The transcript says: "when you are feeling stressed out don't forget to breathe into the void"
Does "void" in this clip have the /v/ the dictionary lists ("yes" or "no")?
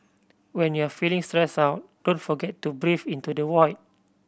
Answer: no